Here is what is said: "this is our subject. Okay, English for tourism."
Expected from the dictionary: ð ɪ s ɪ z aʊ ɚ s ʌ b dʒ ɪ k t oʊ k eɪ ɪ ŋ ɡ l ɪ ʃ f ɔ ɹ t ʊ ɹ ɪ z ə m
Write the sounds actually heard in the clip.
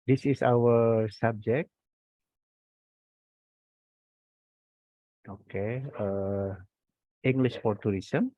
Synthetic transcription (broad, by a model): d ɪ s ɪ s aʊ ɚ s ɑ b dʒ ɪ k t oʊ k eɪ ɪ ŋ ɡ l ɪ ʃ f ɔ ɹ t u ɹ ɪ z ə m